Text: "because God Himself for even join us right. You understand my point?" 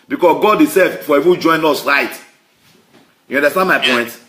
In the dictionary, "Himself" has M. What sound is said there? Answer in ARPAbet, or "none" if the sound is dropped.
none